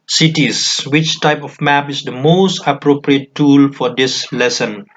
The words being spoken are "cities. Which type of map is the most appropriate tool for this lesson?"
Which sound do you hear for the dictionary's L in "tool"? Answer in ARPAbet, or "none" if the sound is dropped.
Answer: L